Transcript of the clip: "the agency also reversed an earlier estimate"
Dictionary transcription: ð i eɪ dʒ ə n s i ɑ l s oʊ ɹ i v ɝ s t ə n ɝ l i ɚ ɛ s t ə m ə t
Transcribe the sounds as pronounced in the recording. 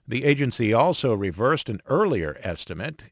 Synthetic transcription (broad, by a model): ð i eɪ dʒ ə n s i ɑ l s oʊ ɹ i v ɝ s t ə n ɝ l i ɚ ɛ s t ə m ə t